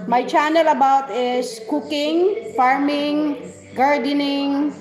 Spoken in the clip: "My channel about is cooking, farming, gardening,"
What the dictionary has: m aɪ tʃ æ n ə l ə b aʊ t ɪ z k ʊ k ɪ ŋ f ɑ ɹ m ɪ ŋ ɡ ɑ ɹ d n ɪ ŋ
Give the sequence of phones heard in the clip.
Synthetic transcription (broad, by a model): m aɪ tʃ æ n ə l ə b aʊ t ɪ s k ʊ k ɪ ŋ f ɑ ɹ m ɪ ŋ ɡ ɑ ɹ d n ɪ ŋ